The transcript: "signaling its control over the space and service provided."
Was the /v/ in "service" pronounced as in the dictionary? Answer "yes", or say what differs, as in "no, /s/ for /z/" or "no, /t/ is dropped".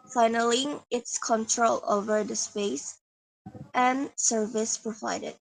yes